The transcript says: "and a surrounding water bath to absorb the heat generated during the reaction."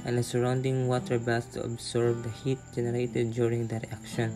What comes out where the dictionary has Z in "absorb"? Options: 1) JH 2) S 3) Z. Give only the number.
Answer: 2